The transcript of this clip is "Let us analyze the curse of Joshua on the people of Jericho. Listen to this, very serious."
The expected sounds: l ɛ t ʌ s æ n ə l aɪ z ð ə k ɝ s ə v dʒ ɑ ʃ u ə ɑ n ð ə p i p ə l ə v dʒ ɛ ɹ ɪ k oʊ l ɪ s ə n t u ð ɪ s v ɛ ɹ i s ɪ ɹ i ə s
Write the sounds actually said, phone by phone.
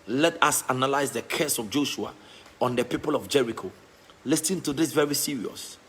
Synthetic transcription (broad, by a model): l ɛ t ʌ s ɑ n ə l aɪ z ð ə k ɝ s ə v dʒ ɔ ʃ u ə ɑ n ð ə p i p ə l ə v dʒ ɛ ɹ ɪ k oʊ l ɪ s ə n t u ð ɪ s v ɛ ɹ i s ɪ ɹ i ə s